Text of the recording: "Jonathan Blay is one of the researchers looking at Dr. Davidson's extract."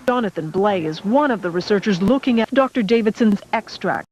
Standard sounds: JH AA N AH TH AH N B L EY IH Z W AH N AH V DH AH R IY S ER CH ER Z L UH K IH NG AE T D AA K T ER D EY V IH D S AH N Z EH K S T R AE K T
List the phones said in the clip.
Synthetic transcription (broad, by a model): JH AA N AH TH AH N B L EY IH Z W AH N AH V DH AH R IY S ER CH ER Z L UH K IH NG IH D AA K T ER D EY V IH D S AH N Z EH K S T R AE K T